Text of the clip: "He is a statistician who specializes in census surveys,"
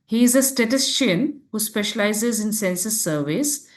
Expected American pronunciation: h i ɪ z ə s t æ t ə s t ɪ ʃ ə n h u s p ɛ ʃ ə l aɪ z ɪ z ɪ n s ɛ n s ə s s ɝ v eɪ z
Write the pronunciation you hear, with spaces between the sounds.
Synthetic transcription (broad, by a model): h i ɪ z ə s t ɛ t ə s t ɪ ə n h u s p ɛ ʃ ə l aɪ z ɪ z ɪ n s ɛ n s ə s s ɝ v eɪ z